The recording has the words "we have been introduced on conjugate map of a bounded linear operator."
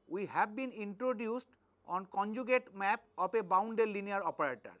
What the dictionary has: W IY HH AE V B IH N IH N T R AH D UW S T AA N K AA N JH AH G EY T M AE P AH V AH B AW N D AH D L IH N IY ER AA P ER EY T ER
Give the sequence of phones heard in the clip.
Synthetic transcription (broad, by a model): W IY HH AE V B IH N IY N T R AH D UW S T AA N K AA N JH AH G EY T M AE P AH P AH B AW N D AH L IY N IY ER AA P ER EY T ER